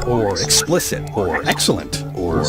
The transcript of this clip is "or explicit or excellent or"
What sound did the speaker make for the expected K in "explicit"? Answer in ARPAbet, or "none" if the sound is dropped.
K